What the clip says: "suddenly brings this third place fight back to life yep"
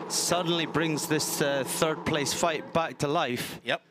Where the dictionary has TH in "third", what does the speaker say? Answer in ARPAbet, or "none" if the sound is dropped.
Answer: TH